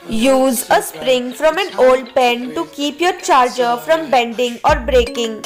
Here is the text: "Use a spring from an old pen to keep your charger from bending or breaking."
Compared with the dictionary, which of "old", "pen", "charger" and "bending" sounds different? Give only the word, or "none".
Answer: none